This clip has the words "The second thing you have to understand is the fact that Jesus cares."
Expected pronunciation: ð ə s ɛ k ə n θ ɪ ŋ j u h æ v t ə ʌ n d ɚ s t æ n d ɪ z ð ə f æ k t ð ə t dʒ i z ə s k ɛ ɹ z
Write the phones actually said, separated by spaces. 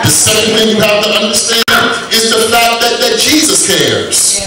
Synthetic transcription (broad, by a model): ð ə s ɛ k ə n θ ɪ ŋ j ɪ h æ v t ə ʌ n d ɚ s t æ n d ɪ z ð ə f æ k t ð ə t dʒ i z ə s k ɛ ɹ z